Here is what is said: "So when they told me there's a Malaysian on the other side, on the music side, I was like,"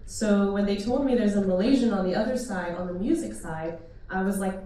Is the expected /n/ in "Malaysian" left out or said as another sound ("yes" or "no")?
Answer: no